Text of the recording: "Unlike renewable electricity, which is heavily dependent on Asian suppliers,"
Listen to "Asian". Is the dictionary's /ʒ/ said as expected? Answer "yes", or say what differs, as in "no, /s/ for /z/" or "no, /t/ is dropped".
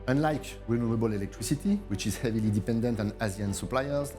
no, /z/ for /ʒ/